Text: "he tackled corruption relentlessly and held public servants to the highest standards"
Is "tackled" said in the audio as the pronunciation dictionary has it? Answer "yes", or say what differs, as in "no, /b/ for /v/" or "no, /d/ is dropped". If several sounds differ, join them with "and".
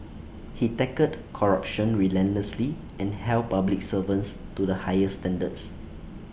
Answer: no, /l/ is dropped